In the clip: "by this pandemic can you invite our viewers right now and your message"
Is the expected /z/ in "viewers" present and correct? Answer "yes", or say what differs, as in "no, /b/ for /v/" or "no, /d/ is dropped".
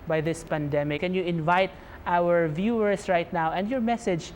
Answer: no, /s/ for /z/